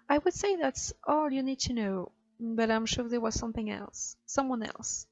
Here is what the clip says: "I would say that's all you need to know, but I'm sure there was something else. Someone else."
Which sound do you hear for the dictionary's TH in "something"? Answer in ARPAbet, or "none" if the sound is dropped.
TH